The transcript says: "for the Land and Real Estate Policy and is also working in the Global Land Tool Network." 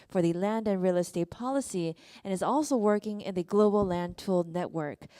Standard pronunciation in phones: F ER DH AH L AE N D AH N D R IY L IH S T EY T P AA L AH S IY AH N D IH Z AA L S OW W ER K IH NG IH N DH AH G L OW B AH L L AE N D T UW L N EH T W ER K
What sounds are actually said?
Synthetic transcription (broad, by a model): F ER DH AH L AE N D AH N R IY L IH S T EY T P AA L AH S IY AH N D IH Z AA L S OW W ER K IH NG IH N DH AH G L OW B L L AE N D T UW L N EH T W ER K